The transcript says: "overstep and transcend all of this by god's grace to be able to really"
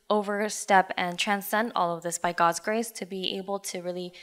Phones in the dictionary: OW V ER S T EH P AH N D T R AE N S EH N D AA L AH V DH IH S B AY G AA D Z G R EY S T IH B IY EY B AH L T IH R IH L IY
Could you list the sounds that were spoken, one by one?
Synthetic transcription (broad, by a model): OW V ER S T EH P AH N T R AE N S EH N D AA L AH V DH IH S B AY G AA D Z G R EY S T IH B IY EY B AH L T IH R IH L IY